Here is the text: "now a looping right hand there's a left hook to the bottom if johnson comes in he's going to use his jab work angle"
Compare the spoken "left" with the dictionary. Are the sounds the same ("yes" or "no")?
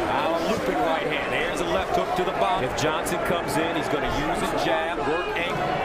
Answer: yes